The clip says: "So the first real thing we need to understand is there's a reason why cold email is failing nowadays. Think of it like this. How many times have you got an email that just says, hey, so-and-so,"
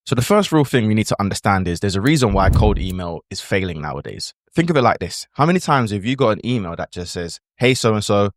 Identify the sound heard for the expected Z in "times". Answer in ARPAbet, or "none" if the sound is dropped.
Z